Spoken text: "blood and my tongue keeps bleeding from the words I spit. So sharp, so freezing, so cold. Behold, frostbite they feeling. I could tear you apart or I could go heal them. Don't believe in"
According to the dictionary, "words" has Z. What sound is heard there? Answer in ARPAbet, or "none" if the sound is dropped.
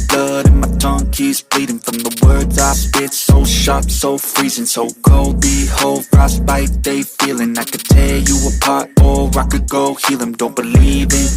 Z